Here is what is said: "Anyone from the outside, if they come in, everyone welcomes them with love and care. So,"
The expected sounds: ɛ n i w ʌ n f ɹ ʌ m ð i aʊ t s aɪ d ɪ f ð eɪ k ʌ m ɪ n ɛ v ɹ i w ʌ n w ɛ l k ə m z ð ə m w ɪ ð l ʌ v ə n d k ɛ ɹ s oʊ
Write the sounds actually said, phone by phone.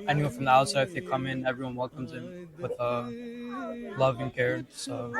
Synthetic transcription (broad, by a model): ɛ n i w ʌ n f ɹ ʌ m ð i aʊ t s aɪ ɪ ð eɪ k ʌ m ɪ n ɛ v ɹ i w ʌ n w ɛ l k ə m z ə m w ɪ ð l ʌ v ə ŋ k ɛ ɹ s oʊ